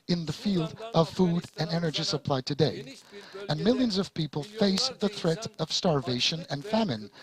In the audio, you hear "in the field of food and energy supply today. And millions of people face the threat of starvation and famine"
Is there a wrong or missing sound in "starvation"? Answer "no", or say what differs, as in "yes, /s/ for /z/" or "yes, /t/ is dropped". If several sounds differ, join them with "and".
no